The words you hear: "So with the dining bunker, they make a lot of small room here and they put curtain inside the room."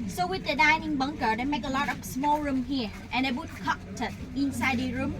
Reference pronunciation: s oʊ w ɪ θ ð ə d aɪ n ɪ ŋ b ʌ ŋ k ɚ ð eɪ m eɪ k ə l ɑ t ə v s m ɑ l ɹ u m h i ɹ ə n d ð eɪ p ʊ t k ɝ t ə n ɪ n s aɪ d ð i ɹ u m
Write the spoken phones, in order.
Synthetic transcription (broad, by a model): s oʊ w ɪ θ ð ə d aɪ n ɪ ŋ b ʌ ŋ k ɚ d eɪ m eɪ k ə l ɑ t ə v s m ɑ l ɹ u m h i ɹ ə n d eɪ b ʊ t k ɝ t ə ɪ n s aɪ d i ɹ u m